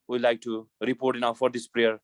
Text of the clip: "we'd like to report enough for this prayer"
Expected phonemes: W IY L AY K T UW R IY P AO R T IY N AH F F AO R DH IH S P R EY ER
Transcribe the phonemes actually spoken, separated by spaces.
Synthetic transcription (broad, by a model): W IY L AY K T UW R IY P AO R T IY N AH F F AO R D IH S P R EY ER